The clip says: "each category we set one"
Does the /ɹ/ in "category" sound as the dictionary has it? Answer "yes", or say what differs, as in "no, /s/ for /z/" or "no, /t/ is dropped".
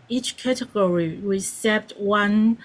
yes